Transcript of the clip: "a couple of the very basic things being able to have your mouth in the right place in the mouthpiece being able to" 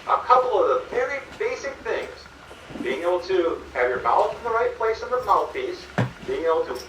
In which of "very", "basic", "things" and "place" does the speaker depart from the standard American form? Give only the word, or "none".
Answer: none